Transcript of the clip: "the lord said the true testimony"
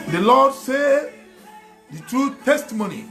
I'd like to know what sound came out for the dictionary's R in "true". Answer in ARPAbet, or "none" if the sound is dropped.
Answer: R